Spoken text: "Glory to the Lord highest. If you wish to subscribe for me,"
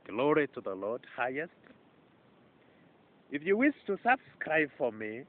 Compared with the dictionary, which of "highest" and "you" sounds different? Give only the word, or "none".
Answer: none